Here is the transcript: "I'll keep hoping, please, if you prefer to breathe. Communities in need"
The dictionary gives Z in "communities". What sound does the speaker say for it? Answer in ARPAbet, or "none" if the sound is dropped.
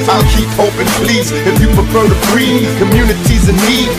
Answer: Z